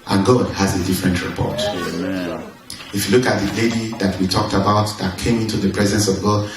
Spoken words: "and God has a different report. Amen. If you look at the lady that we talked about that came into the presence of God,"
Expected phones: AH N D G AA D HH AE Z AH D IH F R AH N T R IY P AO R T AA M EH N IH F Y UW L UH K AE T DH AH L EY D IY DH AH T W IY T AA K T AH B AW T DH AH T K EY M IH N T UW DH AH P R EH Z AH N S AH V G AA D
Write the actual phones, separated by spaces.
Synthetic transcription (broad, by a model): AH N G AA D HH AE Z AH D IH F R AH N T R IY P AO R T IH F Y UW L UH K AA T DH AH L EY D IY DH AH T W IY T AA K T AH B AW T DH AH T K EY M IH N T UW DH AH P R EH Z AH N S AH V G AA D